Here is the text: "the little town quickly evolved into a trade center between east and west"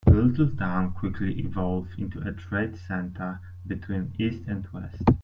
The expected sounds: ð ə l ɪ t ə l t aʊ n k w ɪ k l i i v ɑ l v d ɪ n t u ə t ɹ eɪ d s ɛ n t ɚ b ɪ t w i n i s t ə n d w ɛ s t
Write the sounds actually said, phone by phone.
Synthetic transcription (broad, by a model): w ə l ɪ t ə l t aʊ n k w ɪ k l i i v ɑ l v ɪ n t u ə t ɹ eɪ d s ɛ n t ɚ b ɪ t w i n i s t ə n d w ɛ s t